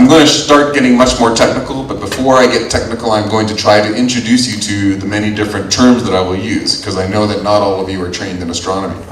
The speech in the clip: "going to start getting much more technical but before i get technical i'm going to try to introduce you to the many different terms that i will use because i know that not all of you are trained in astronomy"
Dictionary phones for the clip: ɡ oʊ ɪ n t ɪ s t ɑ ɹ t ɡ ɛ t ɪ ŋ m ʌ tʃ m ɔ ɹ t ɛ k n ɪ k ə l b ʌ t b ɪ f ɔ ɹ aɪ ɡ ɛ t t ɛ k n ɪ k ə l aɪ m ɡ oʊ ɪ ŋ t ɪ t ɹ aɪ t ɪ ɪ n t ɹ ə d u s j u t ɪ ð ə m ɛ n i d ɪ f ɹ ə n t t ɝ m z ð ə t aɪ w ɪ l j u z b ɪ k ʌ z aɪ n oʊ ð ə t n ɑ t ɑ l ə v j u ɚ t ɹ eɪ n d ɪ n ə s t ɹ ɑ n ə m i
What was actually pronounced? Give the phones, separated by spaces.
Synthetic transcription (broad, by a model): ɡ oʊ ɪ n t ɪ s t ɑ ɹ t ɡ ɛ t ɪ ŋ m ʌ tʃ m ɔ ɹ t ɛ k n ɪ k l b ʌ t b ɪ f ɔ ɹ aɪ ɡ ɛ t t ɛ k n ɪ k l aɪ m ɡ oʊ ɪ ŋ t ɪ t ɹ aɪ t ɪ ɪ n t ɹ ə d u s j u t ɪ ð ə m ɛ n i d ɪ f ɹ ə n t t ɝ m z ð ə t aɪ w ɪ l j u z k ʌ z aɪ n oʊ ð ə t n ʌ t ɑ l ə v j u ɚ t ɹ eɪ n d ɪ n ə s t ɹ ɑ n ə m i